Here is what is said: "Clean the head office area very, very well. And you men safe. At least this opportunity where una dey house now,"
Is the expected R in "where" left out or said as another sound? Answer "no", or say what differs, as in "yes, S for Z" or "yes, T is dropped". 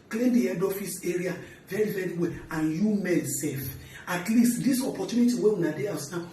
yes, W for R